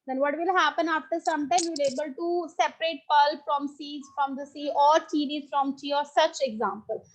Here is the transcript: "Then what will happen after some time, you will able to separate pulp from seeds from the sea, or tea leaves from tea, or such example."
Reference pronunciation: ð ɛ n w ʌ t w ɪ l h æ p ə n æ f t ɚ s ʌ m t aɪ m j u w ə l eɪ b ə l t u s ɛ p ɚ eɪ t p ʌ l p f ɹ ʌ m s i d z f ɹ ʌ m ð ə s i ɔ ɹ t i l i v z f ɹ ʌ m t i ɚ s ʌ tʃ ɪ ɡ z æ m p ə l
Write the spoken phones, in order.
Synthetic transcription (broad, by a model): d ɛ n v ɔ t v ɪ l h æ p ə n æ f t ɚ s ʌ m t aɪ m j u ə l eɪ b ə l t u s ɛ p ɚ eɪ t p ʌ l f ɹ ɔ m s i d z f ɹ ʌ m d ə s i ɔ ɹ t i n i z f ɹ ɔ m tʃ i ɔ s ʌ tʃ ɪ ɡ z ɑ m p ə l